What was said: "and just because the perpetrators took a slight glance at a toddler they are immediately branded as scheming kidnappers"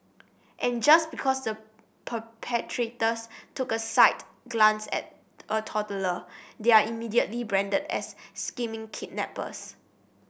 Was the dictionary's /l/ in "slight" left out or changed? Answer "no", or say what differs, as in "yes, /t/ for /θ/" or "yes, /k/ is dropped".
yes, /l/ is dropped